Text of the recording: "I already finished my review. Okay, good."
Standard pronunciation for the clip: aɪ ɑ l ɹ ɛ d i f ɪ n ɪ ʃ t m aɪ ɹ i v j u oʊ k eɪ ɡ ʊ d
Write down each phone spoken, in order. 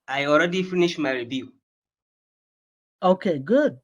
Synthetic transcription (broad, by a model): aɪ ɑ l ɹ ɛ d i f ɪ n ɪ ʃ m aɪ ɹ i b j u oʊ k eɪ ɡ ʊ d